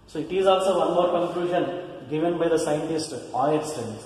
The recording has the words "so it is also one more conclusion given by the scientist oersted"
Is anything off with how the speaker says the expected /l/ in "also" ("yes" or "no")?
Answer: no